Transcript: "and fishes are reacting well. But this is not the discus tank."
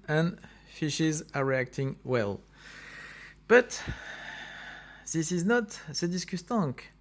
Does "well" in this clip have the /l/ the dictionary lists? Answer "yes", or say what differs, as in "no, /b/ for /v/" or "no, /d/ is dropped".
yes